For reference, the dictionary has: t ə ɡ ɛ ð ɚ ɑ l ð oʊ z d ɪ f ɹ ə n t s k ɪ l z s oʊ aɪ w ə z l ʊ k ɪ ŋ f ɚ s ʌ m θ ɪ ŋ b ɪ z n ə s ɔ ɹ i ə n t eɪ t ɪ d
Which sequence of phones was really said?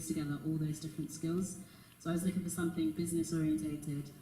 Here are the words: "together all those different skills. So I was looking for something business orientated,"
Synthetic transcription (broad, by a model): t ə ɡ ɛ ð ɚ ɑ l ð oʊ z d ɪ f ɹ ə n t s k ɪ l z s oʊ aɪ w ə z l ʊ k ɪ ŋ f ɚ s ʌ m θ ɪ ŋ b ɪ z n ə s ɔ ɹ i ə n t eɪ t ɪ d